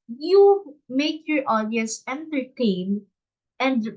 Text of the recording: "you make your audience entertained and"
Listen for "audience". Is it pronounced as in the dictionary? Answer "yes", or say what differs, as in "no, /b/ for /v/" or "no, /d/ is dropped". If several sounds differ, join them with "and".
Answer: no, /n/ is dropped